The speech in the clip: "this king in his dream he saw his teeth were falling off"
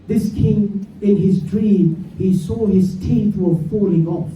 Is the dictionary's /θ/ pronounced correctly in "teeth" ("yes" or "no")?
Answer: yes